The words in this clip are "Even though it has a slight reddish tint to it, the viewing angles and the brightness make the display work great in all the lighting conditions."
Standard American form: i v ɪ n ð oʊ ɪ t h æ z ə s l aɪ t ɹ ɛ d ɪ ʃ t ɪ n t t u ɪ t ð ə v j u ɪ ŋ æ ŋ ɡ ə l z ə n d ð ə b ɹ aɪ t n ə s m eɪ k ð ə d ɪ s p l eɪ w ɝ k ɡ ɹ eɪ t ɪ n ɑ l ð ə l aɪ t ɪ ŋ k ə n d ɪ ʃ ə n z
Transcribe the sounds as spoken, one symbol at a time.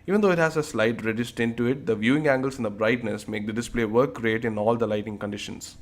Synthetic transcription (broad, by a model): i v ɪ n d oʊ ɪ t h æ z ə s l aɪ t ɹ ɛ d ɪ s t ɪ n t t u ɪ t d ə v j u ɪ ŋ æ ŋ ɡ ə l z ə n d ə b ɹ aɪ t n ə s m eɪ k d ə d ɪ s p l eɪ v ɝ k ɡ ɹ eɪ t ɪ n ɑ l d ə l aɪ t ɪ ŋ k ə n d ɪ ʃ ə n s